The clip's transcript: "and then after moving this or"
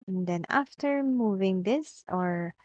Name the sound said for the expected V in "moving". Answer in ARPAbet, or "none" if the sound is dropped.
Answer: V